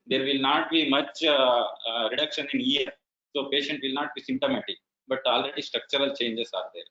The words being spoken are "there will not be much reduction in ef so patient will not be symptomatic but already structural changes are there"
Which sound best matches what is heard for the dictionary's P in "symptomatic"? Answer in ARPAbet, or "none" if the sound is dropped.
none